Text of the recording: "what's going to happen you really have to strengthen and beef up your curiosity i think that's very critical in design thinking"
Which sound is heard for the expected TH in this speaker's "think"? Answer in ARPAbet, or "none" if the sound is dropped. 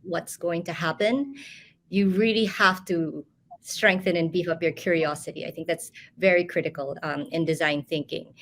TH